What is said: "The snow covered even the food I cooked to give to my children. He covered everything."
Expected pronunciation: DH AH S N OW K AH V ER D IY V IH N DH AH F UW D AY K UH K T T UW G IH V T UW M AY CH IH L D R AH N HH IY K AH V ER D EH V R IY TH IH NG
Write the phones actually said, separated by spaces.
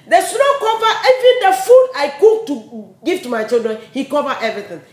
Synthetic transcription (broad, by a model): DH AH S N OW K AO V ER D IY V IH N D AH F UW D AY K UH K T T UW G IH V T UW M AY CH IH L D R AH N HH IY K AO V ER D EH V R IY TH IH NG